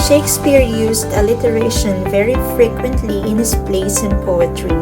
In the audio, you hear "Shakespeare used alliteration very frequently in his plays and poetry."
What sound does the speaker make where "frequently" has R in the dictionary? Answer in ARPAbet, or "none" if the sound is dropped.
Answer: R